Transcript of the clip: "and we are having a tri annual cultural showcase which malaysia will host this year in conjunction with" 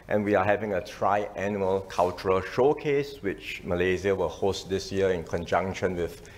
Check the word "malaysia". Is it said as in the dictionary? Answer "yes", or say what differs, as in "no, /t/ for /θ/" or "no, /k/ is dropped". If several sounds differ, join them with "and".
no, /z/ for /ʒ/